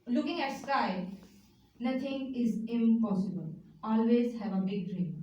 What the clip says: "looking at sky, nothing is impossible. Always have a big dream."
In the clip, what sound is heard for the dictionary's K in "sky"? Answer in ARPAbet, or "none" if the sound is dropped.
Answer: none